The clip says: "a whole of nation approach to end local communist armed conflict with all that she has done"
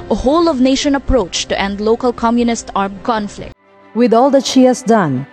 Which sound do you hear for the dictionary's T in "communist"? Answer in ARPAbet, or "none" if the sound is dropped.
T